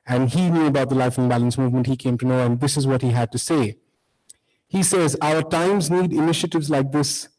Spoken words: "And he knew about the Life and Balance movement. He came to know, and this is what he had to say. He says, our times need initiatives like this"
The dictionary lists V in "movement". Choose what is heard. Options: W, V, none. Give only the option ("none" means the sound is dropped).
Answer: V